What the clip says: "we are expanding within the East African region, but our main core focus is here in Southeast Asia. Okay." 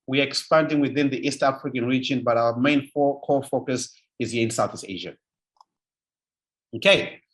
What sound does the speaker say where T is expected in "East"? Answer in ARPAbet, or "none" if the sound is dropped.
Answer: T